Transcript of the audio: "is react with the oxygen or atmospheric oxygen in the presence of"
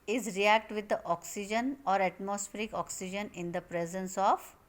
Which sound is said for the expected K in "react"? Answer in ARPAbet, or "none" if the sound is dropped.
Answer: K